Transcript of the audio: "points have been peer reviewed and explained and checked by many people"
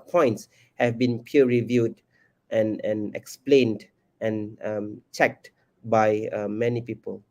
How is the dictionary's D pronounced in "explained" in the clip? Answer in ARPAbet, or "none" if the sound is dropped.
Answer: D